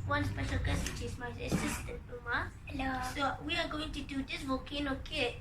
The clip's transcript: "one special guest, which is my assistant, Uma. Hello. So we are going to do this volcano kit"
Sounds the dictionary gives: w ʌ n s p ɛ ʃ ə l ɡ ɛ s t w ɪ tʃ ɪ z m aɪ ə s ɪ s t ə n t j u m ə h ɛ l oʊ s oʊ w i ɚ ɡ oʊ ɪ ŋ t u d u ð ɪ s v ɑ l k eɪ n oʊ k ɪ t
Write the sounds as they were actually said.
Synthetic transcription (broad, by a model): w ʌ n s p ɛ ʃ ə l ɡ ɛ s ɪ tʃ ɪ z m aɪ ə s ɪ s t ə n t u m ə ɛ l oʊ s oʊ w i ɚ ɡ oʊ ɪ ŋ t u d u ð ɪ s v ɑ k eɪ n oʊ k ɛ